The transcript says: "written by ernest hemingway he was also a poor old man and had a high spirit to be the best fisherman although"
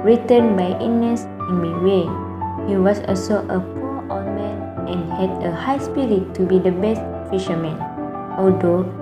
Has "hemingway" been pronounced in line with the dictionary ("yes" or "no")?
no